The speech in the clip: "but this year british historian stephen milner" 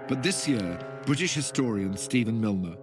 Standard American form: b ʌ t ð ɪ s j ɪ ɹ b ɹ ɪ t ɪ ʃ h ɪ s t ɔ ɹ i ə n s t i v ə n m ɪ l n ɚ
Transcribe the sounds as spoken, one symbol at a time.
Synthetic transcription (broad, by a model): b ʌ t ð ɪ s j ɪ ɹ b ɹ ɪ t ɪ ʃ h ɪ s t ɔ ɹ i ə n s t i v ə n m ɪ l n ɚ